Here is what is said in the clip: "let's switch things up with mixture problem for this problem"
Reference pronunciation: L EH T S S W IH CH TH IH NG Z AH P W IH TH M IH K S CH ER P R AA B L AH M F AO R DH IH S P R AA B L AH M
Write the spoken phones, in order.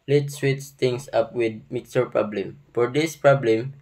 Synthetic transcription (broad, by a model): L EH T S S W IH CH T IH NG S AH P W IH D M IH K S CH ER P R AA B L AH M F AO R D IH S P R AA B L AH M